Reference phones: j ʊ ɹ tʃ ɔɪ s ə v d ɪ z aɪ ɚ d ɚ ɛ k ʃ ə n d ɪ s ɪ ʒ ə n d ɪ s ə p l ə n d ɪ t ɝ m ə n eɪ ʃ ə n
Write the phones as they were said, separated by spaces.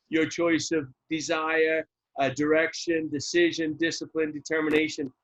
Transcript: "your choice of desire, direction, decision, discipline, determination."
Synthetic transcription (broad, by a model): j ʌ ɹ tʃ ɔɪ s ə v d ɪ z aɪ ɚ d ɚ ɛ k ʃ ə n d ɪ s ɪ ʒ ə n d ɪ s ə p l ə n d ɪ t ɝ m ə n eɪ ʃ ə n